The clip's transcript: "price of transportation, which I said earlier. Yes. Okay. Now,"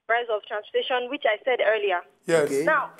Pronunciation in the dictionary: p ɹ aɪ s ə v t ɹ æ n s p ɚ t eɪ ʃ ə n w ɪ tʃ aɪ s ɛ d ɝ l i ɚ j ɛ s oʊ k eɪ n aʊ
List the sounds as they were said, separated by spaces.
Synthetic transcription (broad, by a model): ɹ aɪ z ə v t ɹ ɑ n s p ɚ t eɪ ʃ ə n w ɪ tʃ aɪ s ɛ d ɝ l i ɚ j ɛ oʊ k eɪ n aʊ